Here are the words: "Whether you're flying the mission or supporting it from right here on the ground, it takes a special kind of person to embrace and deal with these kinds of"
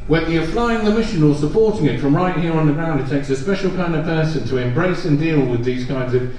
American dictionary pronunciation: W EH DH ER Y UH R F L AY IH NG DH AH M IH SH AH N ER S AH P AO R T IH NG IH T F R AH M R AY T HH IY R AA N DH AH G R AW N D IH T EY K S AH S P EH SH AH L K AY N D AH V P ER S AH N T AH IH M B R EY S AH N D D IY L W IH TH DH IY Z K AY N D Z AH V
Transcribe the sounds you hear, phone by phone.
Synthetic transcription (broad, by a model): W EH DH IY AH F L AY IH NG DH AH M IH SH AH N ER S AH P AO R T IH NG IH T F R AH M R AY T HH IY R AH N DH AH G R AW N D IH T EY K S AH S P EH SH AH L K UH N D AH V P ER S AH N T AH IH M B R EY S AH N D D IY L W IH DH IY Z K AY N D Z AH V